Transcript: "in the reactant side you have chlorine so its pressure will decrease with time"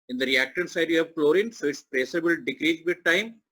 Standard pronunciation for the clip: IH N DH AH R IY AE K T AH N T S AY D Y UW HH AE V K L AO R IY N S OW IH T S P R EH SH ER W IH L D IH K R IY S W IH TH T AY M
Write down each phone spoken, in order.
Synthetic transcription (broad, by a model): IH N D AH R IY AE K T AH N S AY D Y UW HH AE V K L AO R IY N S OW IH T S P R EH S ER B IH L D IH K R IY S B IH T T AY M